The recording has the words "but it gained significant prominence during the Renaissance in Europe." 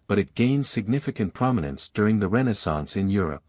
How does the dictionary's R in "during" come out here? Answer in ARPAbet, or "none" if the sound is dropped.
R